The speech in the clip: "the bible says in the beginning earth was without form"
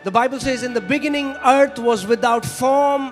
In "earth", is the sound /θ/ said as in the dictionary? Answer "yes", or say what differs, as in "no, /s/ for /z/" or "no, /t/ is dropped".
no, /t/ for /θ/